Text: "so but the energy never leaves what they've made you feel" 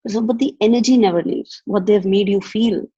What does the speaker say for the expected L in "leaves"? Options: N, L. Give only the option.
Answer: N